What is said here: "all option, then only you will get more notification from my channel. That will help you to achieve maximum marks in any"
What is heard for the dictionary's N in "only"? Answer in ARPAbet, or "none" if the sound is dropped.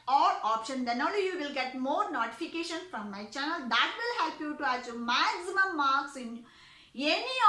none